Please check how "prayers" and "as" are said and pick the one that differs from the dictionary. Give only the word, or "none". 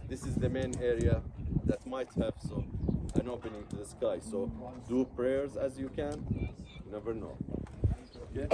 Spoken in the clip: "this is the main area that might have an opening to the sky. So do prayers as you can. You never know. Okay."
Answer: none